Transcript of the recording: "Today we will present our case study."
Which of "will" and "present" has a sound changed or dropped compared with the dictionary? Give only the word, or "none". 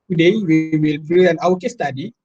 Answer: present